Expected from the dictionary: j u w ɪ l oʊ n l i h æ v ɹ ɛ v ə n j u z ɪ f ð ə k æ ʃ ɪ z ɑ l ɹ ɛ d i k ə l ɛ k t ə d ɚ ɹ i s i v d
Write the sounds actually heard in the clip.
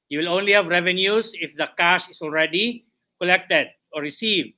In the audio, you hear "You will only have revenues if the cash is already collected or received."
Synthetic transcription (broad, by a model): j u w ɪ l oʊ n l i h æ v ɹ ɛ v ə n j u s ɪ f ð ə k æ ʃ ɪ s ɑ l ɹ ɛ d i k ə l ɛ k t ə d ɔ ɹ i s i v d